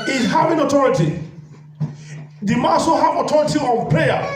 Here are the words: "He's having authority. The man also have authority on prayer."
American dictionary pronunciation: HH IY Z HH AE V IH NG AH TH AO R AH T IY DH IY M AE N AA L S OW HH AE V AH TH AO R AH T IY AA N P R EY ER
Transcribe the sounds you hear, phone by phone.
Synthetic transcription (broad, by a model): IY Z HH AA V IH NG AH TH AO R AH T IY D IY M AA S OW HH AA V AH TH AO R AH T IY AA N P R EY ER